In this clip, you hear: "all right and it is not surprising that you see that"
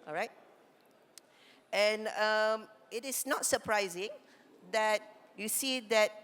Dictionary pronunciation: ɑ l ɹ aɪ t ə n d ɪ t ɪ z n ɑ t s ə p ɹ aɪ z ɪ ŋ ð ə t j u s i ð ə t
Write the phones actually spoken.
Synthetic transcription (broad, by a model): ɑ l ɹ aɪ t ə n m ɪ t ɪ s n ɑ t s ə p ɹ aɪ z ɪ ŋ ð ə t j u s i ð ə t